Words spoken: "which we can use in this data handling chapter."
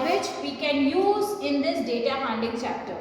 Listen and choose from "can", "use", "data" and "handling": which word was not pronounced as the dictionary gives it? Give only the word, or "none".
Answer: handling